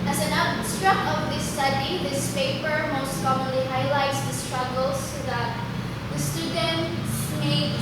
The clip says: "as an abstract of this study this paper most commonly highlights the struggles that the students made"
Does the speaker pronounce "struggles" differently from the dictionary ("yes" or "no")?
yes